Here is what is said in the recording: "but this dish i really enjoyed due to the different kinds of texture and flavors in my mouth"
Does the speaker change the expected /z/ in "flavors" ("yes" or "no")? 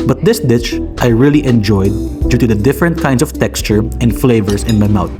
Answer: yes